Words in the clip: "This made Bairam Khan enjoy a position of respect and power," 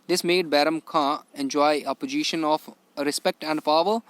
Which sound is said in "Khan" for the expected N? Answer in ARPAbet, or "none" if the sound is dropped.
none